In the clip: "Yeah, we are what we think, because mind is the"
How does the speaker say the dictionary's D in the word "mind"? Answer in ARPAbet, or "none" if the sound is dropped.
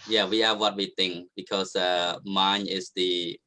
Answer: none